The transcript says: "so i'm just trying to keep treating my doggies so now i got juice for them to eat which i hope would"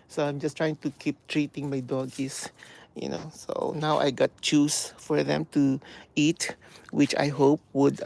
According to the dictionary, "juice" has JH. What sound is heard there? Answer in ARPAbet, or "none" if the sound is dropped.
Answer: CH